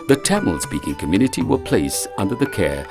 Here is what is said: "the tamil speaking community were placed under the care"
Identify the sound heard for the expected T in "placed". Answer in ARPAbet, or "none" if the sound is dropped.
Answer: none